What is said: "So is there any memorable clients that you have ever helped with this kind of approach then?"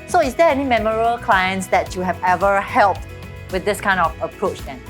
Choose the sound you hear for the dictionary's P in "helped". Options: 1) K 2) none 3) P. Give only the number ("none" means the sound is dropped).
3